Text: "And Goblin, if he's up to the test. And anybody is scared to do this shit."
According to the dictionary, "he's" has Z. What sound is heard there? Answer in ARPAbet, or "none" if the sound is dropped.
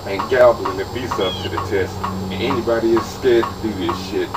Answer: S